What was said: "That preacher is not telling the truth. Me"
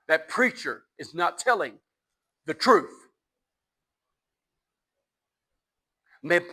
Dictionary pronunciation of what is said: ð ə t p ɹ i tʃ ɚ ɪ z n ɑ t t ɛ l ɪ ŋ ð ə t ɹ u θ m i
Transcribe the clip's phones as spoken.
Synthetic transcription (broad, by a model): ð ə t p ɹ i tʃ ɚ ɪ z n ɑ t t ɛ l ɪ ŋ ð ə t ɹ u θ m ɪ